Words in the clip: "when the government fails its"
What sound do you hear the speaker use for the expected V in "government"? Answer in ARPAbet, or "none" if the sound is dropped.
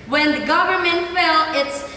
V